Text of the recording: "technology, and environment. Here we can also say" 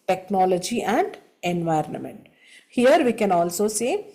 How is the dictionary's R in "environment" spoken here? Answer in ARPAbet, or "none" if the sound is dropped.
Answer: R